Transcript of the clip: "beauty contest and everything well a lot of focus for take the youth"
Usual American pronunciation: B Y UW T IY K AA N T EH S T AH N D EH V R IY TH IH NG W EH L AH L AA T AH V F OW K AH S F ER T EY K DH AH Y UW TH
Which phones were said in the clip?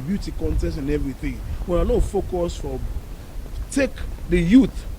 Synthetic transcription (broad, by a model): B Y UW T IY K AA N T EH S AH N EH V R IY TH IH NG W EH N AH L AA F OW K AH S F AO T EY K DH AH Y UW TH